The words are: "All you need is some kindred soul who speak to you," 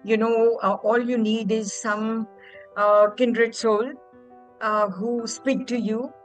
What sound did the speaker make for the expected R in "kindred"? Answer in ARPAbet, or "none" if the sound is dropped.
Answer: R